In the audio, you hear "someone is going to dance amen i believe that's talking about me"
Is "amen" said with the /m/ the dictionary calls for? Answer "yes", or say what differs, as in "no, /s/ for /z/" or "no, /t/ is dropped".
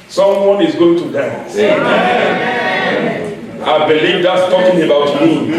no, /m/ is dropped